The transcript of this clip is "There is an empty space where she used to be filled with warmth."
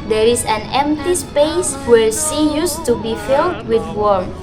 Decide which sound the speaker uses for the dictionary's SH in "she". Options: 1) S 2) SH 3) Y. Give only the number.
1